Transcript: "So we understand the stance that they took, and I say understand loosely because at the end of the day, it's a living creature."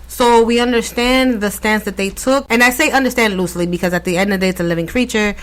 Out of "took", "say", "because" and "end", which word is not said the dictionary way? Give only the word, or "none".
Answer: none